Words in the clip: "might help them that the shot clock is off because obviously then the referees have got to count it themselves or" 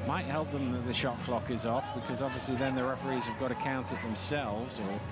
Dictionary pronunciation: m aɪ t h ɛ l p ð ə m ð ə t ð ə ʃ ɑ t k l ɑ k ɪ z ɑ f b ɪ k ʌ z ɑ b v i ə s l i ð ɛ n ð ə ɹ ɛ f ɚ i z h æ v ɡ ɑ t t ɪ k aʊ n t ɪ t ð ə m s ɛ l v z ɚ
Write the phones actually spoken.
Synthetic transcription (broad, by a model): m aɪ t h ɛ l p ð ə m ð ə t ð ə ʃ ɑ k l ɑ k ɪ z ɑ f b ɪ k ʌ z ɑ b v i ə s l i ð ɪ n ð ə ɹ ɛ f ɚ i z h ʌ v ɡ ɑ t t ɪ k aʊ n t ɪ t ð ə m s ɛ l v z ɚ